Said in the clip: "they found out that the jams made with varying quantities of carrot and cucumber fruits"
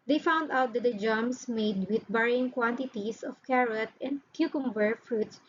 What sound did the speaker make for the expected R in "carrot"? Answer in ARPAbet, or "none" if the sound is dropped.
R